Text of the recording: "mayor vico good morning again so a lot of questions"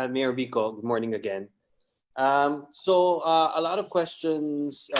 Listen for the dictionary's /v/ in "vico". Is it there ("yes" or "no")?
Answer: no